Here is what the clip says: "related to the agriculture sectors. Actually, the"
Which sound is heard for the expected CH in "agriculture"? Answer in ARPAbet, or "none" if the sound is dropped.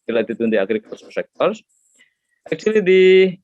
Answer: S